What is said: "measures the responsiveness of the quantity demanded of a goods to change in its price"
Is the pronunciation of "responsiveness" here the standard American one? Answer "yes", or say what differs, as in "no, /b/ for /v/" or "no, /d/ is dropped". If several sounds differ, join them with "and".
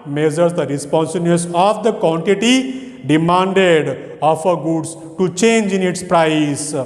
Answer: no, /b/ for /v/